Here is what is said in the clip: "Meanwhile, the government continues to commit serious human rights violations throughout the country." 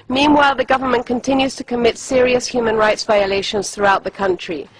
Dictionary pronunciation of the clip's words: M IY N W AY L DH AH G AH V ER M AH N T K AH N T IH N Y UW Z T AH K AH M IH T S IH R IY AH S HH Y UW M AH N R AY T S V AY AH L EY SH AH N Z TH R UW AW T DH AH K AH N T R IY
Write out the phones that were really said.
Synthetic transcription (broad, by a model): M IY N W AY L DH AH G AH V ER M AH N K AH N T IH N Y UW Z T AH K AH M IH T S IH R IY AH S HH Y UW M AH N R AY T S V AY AH L EY SH AH N Z TH R UW AW T DH AH K AH N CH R IY